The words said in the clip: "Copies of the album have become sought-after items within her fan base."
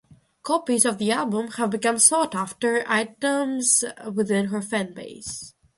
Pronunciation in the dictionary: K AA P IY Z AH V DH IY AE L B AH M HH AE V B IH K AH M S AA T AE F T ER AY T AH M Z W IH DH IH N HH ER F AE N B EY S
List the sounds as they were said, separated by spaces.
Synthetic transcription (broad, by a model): K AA P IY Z AH V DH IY AE L B AH M HH AE V B IH K AH M S AA T AE F T ER AY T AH M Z W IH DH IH N HH ER F AE N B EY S